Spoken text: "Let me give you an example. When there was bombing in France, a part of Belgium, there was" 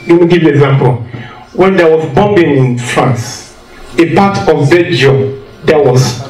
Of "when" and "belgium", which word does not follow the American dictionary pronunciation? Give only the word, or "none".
belgium